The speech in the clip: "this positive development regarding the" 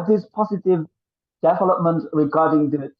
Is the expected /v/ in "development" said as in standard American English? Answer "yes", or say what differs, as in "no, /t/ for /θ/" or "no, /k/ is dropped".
yes